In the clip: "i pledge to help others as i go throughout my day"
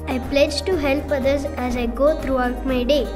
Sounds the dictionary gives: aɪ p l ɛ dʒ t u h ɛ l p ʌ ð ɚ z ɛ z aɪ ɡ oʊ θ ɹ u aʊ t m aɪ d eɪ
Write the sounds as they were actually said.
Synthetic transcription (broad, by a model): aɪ p l ɛ dʒ t u h ɛ l p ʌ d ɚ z ɛ z aɪ ɡ oʊ t ɹ u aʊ t m aɪ d eɪ